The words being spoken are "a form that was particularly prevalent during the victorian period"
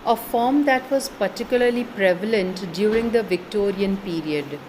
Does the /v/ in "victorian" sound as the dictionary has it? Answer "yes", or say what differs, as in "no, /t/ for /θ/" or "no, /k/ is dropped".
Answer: yes